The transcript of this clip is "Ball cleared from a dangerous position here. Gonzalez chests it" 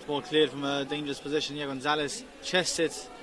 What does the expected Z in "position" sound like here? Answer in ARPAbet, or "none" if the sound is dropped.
Z